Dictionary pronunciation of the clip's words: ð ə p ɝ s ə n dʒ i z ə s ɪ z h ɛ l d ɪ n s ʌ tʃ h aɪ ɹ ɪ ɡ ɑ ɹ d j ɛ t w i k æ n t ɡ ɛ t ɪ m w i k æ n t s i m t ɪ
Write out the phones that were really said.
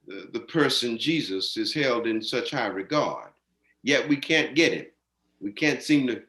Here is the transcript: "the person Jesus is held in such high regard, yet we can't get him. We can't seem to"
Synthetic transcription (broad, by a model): ð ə p ɝ s ə n dʒ i z ə s ɪ z h ɛ l d ɪ n s ʌ tʃ h aɪ ɹ ɪ ɡ ɑ ɹ d j ɛ t w i k æ n ɡ ɛ t ɪ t w i k æ n t s i m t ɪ